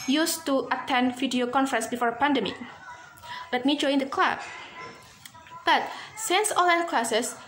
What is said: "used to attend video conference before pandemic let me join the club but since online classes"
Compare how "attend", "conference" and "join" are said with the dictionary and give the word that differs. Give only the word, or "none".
none